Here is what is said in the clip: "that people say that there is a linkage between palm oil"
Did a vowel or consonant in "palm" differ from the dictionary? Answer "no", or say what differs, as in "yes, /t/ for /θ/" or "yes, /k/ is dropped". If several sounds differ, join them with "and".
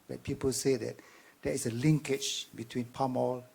no